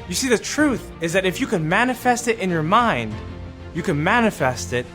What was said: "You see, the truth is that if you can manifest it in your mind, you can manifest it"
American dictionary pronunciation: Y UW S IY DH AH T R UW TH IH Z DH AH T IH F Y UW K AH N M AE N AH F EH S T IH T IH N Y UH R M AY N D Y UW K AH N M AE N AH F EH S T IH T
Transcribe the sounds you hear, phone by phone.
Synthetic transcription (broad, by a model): Y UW S IY DH AH T R UW TH IH Z DH AH T IH F Y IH K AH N M AE N AH F EH S T IH T IH N Y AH R M AY N D Y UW K AH N M AE N AH F EH S T IH T